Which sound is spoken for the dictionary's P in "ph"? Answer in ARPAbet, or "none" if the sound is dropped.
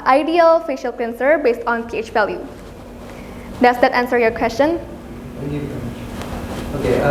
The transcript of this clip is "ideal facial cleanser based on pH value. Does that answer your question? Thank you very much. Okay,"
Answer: P